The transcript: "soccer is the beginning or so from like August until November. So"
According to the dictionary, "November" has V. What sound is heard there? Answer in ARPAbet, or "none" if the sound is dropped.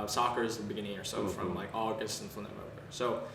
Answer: none